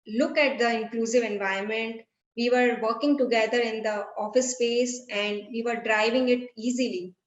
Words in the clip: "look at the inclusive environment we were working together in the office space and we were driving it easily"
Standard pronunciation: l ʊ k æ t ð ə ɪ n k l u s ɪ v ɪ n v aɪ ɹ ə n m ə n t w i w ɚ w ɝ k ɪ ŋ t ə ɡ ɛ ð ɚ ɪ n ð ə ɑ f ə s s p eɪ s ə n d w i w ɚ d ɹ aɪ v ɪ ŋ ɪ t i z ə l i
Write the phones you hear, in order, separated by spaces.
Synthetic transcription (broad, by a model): l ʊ k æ t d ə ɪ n k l u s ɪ v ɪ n v aɪ ə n m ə n t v i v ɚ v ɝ k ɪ ŋ t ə ɡ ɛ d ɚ ɪ n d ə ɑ f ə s s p eɪ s ə n d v i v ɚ d ɹ aɪ v ɪ ŋ ɪ t i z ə l i